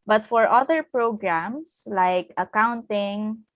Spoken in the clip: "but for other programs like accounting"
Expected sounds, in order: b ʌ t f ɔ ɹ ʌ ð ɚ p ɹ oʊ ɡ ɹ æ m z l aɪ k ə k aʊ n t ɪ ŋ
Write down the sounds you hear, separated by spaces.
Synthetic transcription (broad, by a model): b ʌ t f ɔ ɹ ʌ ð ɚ p ɹ oʊ ɡ ɹ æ m s l aɪ k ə k aʊ n t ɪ ŋ